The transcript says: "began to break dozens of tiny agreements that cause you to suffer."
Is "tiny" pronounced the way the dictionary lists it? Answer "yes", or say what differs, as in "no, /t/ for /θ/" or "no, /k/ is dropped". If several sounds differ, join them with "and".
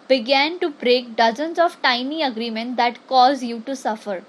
yes